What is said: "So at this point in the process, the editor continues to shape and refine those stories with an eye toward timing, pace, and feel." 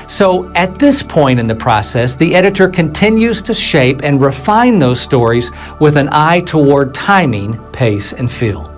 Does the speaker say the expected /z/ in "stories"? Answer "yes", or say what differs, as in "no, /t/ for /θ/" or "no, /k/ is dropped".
yes